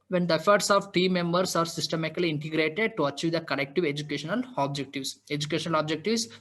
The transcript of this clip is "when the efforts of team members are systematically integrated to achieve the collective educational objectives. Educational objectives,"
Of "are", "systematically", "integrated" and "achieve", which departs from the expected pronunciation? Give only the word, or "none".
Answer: systematically